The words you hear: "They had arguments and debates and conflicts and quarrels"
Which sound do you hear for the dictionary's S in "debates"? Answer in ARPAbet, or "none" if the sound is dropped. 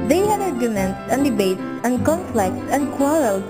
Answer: none